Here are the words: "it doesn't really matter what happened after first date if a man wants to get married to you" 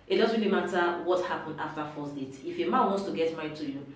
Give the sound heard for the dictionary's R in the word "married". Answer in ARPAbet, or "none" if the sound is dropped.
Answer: none